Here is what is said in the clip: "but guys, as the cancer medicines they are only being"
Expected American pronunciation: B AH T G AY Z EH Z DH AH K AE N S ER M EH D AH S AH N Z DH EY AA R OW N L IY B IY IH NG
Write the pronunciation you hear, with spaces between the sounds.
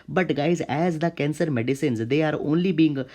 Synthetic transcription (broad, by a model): B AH T G AY Z EH Z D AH K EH N S ER M EH D AH S AH N Z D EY AA R OW N L IY B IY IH NG